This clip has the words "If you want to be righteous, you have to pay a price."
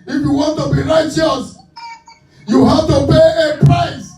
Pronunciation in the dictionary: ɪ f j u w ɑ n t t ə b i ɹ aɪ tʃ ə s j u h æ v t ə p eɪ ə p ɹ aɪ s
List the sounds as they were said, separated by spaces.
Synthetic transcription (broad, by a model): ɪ f j u w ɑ n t t ə b i ɹ aɪ tʃ ə s j u h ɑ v t ə p eɪ ə p ɹ aɪ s